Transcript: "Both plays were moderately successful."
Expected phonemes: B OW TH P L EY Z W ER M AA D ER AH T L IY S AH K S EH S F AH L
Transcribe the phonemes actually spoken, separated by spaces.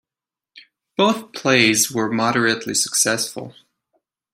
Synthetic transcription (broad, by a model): B OW TH P L EY Z W ER M AA D ER AH T L IY S AH K S EH S F AH L